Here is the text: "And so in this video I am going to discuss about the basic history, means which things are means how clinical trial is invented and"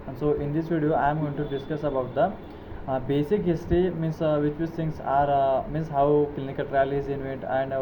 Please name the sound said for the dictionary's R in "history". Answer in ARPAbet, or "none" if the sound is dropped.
none